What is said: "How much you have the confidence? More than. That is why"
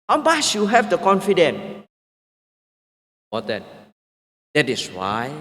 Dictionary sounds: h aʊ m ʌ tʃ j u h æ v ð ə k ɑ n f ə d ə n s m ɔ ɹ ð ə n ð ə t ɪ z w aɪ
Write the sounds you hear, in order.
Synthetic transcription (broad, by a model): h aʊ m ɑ s j u h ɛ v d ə k ɑ n f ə d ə n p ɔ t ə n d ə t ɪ s w aɪ